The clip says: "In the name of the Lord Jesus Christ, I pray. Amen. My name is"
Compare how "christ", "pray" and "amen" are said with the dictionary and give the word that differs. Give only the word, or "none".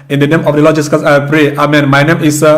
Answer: christ